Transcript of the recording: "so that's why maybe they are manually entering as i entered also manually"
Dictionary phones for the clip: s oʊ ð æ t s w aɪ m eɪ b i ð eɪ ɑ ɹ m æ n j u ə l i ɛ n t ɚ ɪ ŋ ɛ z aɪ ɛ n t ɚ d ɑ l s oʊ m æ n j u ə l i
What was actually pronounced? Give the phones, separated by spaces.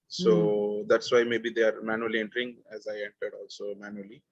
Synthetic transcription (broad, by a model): s oʊ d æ t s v aɪ m eɪ b i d eɪ ɑ ɹ m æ n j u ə l i ɛ n t ɚ ɪ ŋ ɛ z aɪ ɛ n t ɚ d ɑ l s oʊ m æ n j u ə l i